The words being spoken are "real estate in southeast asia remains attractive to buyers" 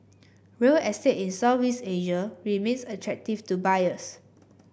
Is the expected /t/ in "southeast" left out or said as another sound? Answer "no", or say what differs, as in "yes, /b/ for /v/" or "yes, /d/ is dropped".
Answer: yes, /t/ is dropped